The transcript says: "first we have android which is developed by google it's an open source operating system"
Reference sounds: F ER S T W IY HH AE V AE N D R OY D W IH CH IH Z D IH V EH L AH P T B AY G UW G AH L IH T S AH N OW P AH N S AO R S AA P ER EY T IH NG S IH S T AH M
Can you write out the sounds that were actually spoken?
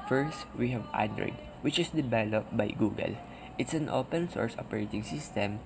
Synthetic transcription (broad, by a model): F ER S T W IY HH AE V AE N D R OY D W IH CH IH S D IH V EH L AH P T B AY G UW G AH L IH T S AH N OW P AH N S AO R S AA P ER EY T IH NG S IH S T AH M